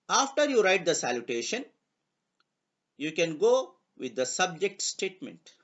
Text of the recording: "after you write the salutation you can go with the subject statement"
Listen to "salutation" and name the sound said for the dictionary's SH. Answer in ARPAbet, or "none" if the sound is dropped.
SH